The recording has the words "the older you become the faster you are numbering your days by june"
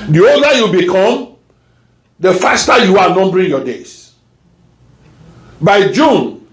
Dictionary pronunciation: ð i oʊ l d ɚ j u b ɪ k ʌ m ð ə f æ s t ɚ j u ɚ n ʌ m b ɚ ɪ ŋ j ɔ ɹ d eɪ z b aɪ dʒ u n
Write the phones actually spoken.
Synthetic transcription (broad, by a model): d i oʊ d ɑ j u b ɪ k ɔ m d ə f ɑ s t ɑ j u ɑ n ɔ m b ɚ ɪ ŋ j ɔ d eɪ s b aɪ dʒ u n